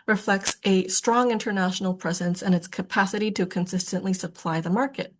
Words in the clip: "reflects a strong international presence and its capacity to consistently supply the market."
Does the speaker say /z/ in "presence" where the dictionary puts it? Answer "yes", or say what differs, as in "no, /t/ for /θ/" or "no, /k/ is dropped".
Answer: yes